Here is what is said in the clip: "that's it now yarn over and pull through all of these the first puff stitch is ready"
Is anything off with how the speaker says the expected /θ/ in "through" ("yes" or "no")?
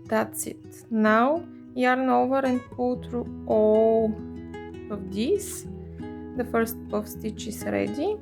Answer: yes